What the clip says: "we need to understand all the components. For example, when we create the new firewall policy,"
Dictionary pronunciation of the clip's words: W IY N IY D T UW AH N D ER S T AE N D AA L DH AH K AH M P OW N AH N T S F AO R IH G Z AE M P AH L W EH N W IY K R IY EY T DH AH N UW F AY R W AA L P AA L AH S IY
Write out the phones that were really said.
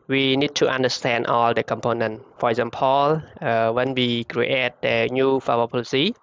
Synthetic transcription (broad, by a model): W IY N IY D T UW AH N D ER S T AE N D AA L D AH K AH M P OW N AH N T F AO R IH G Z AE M P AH L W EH N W IY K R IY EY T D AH N UW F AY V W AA P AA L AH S IY